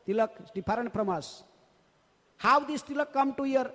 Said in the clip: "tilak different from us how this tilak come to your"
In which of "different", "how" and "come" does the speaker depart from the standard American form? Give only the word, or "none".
different